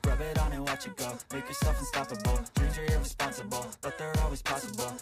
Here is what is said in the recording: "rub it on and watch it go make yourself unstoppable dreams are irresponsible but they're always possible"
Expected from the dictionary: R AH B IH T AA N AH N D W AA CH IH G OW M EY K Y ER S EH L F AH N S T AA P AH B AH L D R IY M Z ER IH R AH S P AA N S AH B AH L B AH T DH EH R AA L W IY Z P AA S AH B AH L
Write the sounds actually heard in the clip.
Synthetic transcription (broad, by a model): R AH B IH T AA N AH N W AA CH IH G OW M EY K Y ER S EH L F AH N S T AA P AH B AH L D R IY Z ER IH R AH S P AA N S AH B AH L B AH T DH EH R AA L W IY Z P AA S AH B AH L